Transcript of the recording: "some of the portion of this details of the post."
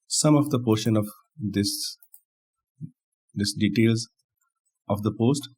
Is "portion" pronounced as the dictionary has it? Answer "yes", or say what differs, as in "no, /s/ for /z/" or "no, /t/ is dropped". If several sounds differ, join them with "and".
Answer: yes